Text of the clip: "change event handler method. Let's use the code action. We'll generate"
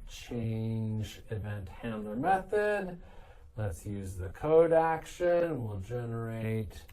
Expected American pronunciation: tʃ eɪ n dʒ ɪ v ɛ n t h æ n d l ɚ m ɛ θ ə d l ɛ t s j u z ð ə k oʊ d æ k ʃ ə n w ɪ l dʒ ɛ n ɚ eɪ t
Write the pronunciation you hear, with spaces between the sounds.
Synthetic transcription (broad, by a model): tʃ eɪ n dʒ ɪ v ɛ n t h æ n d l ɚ m ɛ θ ə d l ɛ t s j u z ð ə k oʊ d æ k ʃ ə n w ɪ l dʒ ɛ n ɚ eɪ t